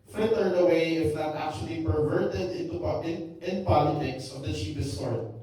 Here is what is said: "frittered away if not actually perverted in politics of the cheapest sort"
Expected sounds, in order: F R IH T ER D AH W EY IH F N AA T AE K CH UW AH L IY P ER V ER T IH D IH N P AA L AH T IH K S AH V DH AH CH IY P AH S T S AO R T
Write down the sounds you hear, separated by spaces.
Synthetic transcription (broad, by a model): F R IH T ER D AH W EY IH F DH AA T AE K CH UW AH L IY P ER V ER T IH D IH N P AA L AH T IH K S AH V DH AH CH IY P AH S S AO R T